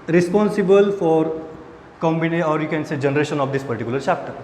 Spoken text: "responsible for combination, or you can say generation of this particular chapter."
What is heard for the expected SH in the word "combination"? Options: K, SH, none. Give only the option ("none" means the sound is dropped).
none